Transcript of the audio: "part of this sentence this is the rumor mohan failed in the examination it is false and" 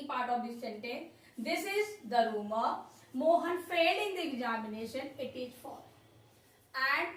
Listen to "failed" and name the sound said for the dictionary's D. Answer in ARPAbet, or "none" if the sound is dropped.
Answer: none